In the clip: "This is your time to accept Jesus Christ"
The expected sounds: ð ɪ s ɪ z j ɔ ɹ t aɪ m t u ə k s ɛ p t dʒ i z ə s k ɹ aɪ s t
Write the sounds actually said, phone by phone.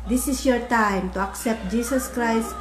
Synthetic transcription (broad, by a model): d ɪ s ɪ s j ɔ ɹ t aɪ m t u ə k s ɛ p t dʒ i s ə s k ɹ aɪ s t